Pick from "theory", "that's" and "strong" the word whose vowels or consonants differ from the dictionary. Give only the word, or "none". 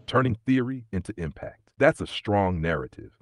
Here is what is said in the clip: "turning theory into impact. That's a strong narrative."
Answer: none